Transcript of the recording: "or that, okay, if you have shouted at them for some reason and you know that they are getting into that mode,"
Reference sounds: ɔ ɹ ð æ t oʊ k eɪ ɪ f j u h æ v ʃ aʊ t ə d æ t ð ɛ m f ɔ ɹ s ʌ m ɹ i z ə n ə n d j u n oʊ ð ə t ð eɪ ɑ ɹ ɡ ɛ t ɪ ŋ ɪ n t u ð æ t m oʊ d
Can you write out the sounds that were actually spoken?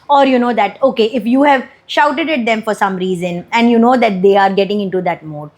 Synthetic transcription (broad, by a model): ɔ ɹ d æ t oʊ k eɪ ɪ f j u h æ v ʃ aʊ t ə d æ t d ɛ m f ɔ ɹ s ʌ m ɹ i z ə n ə n d j u n oʊ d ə t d eɪ ɑ ɹ ɡ ɛ t ɪ ŋ ɪ n t u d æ t m oʊ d